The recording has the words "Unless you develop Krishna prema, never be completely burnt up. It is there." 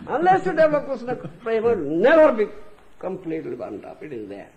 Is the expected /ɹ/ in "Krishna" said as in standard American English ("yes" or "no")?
no